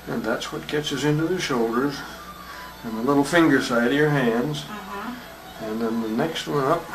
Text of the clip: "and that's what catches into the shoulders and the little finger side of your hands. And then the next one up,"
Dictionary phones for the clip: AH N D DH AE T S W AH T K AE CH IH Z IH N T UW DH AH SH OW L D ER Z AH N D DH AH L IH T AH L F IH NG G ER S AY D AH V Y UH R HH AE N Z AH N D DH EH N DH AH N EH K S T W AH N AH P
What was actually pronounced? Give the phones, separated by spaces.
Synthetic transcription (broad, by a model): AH N DH AE T S W AH T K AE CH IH S IH N T UW DH AH SH OW L D ER Z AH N DH AH L IH T L F IH NG G ER S AY D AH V Y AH R HH AE N Z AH N DH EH N DH AH N EH K S T W AH N AH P